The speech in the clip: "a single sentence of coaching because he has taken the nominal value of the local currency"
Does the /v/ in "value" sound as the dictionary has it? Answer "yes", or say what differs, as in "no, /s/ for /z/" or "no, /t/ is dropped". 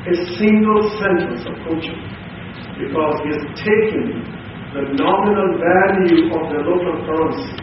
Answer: yes